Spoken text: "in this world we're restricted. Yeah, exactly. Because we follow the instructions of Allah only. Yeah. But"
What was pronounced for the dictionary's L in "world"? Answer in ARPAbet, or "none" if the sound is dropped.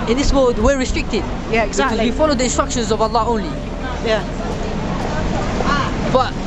none